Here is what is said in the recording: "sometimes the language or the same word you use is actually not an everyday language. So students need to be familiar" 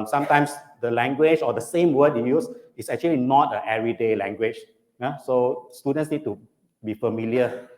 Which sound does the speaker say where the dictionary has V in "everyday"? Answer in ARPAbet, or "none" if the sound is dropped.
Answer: none